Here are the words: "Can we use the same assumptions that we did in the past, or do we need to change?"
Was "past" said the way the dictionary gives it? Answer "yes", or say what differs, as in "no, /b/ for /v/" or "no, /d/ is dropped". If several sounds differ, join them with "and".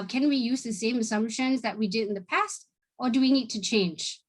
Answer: yes